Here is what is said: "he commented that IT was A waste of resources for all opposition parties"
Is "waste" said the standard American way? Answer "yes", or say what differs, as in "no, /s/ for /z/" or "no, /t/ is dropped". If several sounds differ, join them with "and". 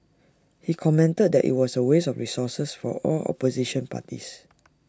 no, /t/ is dropped